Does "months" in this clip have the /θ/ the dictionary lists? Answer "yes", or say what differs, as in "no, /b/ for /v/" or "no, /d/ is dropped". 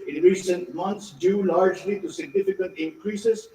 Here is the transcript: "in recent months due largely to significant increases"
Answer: no, /t/ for /θ/